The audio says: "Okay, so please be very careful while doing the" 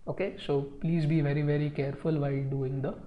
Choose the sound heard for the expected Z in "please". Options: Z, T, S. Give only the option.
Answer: Z